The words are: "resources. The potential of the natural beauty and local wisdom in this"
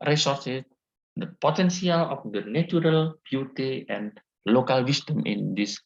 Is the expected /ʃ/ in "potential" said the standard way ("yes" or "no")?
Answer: no